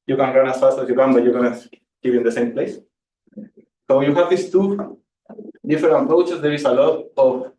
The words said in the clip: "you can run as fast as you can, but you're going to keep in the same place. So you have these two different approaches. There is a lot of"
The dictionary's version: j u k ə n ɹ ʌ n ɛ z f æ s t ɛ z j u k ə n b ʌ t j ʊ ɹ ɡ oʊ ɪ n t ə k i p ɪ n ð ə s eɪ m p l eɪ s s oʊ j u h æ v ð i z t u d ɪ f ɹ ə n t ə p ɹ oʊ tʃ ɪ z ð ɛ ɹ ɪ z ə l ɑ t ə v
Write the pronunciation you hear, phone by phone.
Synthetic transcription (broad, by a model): j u k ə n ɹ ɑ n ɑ s f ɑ s t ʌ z j u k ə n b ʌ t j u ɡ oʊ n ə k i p ɪ n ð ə s eɪ m p l eɪ s s oʊ j u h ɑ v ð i s t u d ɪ f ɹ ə t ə p ɹ oʊ tʃ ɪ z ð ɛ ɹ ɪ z ə l ɑ t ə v